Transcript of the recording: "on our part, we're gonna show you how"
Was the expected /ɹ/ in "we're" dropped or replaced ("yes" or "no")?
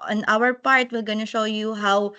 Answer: yes